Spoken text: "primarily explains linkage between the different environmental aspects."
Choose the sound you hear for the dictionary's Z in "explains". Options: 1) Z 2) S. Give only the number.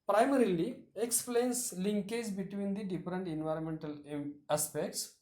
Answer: 2